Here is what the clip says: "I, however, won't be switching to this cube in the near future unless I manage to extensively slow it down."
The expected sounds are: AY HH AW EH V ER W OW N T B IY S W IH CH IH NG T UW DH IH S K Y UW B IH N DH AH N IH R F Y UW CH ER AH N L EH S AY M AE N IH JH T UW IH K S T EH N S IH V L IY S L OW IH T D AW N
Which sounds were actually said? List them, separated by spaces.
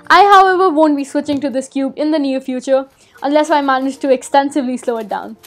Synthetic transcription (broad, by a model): AY HH AW EH V ER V OW N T B IY S W IH CH IH NG T UW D IH S K Y UW B IH N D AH N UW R F Y UW CH ER AH N L EH S AY M AE N IH JH T UW IH K S T EH N S IH V L IY S L OW IH T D AW N